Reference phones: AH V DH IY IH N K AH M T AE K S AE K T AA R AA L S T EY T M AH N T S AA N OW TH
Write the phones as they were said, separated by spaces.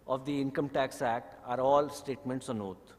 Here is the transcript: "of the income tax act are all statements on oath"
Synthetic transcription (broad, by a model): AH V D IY IH N K AH M T AE K S AE K T AA R AA L S T EY T M AH N T S AA N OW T